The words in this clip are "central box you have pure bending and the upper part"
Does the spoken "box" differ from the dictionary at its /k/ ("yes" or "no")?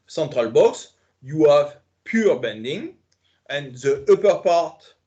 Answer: no